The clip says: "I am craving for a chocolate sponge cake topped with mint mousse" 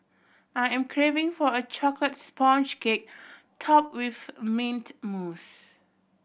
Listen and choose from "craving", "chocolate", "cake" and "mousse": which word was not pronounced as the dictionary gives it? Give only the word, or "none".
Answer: none